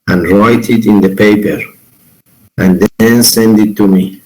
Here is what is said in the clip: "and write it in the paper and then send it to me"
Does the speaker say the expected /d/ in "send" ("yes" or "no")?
yes